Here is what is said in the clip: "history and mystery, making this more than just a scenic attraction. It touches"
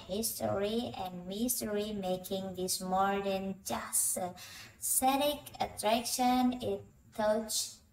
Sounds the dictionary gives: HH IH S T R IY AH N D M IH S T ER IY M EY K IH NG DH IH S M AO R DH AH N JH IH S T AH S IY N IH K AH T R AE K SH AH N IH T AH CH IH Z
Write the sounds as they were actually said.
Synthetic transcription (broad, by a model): HH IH S T R IY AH N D M IH S T ER IY M EY K IH NG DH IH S M AO R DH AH N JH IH S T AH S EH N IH K AH T R AE K SH AH N IH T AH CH